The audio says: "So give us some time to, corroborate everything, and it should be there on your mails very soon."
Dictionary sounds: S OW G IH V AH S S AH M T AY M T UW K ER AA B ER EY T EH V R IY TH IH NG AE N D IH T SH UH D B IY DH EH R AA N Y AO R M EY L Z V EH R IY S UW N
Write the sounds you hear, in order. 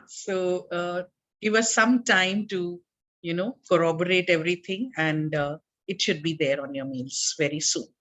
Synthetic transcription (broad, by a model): S OW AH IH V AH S S AH M T AY M T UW K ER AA B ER EY T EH V R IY T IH NG AE N D IH T SH UH D B IY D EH R AA N Y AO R M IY L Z V EH R IY S UW N